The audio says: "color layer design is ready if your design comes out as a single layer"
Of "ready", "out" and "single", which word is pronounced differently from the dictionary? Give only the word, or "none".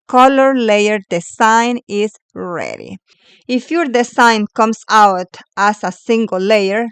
none